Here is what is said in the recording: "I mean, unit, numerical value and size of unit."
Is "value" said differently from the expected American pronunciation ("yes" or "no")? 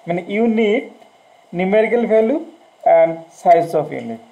yes